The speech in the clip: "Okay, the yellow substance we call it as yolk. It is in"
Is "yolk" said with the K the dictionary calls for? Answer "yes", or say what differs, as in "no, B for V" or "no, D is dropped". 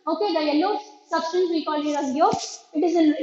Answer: no, K is dropped